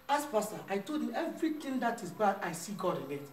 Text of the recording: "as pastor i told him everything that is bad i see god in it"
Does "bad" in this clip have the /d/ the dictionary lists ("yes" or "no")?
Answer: no